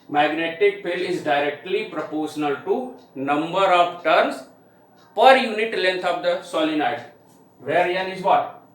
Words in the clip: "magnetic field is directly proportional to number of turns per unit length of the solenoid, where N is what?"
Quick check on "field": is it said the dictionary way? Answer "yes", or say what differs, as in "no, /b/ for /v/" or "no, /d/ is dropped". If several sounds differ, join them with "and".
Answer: no, /d/ is dropped